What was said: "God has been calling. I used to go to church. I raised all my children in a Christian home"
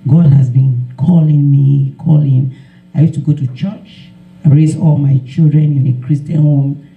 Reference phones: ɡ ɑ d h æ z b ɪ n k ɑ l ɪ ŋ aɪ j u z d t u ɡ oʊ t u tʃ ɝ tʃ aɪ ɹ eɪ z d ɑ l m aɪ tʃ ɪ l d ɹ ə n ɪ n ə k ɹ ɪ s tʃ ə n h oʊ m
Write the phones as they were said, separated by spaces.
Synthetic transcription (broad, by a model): ɡ ɑ d h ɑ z b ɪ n k ɑ l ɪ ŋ aɪ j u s t u ɡ oʊ t u tʃ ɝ tʃ aɪ ɹ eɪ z ɑ l m aɪ tʃ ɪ l d ɹ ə n ɪ n ə k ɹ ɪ s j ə n h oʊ m